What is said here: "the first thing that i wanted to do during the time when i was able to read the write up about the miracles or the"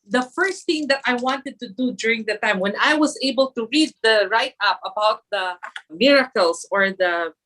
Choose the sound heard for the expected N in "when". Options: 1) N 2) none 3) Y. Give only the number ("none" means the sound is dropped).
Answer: 1